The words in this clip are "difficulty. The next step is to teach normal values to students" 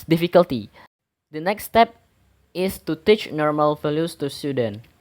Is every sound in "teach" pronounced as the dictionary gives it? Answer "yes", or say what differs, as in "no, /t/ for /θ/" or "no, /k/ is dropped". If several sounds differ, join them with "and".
yes